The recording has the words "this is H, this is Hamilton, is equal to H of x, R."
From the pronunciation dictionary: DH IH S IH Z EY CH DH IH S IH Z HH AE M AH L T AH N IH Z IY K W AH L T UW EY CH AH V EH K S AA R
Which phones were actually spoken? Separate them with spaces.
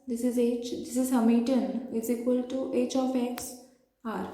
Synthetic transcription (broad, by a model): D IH S IH Z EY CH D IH S IH Z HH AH M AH T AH N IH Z IY K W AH L T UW EY CH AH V EH K S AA R